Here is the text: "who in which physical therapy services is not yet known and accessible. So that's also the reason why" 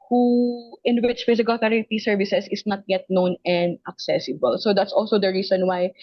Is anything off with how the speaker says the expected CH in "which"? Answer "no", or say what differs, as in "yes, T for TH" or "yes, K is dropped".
yes, S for CH